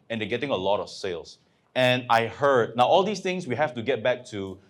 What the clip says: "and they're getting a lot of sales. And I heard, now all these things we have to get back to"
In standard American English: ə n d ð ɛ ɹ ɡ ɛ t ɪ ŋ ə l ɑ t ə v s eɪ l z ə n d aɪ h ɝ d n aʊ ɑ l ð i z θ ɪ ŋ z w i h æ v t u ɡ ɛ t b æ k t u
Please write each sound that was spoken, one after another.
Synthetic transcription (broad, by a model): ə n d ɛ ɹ ɡ ɛ t ɪ ŋ ə l ɑ t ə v s eɪ l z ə n aɪ h ɝ d n aʊ ɑ l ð i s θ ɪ ŋ s w i h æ f t u ɡ ɛ t b æ k t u